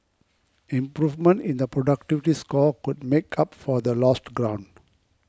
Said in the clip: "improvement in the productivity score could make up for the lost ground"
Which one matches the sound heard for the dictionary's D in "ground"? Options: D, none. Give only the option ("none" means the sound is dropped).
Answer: D